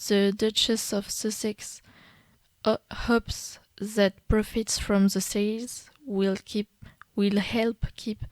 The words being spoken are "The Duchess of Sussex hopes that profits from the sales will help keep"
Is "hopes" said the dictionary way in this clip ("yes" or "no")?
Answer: yes